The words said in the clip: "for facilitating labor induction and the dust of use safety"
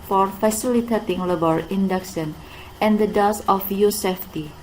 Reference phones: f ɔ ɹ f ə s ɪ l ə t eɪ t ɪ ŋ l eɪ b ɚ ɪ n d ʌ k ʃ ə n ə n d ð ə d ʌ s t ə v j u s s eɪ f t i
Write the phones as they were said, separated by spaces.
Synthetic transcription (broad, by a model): f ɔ ɹ f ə s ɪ l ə t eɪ t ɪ ŋ l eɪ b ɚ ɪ n d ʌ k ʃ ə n ə n d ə d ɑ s ə f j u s s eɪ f t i